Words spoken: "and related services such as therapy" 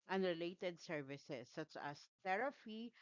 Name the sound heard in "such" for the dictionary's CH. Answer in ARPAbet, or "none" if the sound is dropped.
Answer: CH